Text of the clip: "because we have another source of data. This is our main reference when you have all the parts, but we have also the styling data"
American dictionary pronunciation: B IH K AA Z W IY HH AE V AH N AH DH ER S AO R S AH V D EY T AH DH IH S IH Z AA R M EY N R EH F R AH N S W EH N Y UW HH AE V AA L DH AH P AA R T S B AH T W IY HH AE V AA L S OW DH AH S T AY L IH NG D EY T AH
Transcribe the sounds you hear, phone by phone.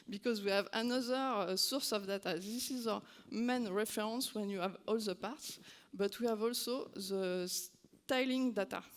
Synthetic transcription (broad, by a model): B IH K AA Z W IY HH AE V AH N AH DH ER S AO R S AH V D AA T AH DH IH S IH Z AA M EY N R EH F R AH N S W EH N Y UW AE V AA L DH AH P AA R T S B AH T W IY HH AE V AA L S OW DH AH S T AY L IH NG D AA T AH